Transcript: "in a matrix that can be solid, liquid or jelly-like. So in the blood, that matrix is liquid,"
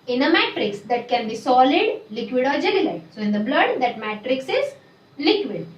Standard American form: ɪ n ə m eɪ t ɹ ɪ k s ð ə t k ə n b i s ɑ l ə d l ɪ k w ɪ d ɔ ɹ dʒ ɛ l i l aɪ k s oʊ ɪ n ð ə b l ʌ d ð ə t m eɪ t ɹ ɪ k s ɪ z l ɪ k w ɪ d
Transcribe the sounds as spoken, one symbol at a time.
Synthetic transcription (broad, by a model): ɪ n ə m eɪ t ɹ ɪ k s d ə t k ə n b i s ɑ l ə d l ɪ k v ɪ d ɔ ɹ dʒ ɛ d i l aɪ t s oʊ ɪ n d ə b l ʌ d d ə t m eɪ t ɹ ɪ k s ɪ z l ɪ k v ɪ d